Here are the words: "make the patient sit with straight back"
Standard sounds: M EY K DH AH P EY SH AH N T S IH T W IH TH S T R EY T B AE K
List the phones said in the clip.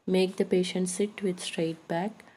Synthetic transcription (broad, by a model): M EY K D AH P EY SH AH N T S IH T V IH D S T R EY T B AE K